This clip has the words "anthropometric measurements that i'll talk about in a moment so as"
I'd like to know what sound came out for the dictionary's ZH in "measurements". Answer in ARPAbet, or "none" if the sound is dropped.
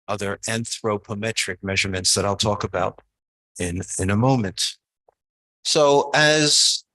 ZH